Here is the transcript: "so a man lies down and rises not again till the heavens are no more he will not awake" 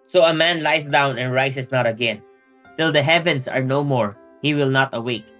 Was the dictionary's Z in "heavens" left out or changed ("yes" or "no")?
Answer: yes